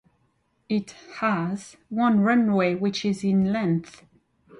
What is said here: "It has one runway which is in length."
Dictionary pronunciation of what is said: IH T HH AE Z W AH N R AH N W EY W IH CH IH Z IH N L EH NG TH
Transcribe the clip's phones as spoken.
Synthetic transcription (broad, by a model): IH T HH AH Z W AH N R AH N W EY W IH CH IH Z IH N L EH NG TH